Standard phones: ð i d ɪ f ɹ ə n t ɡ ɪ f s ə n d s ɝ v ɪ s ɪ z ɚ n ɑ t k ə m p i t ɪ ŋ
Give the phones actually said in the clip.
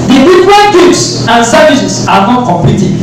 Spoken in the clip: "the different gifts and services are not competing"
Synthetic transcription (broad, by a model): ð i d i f ɹ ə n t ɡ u p s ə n s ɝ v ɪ s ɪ s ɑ n ɑ t k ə m p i t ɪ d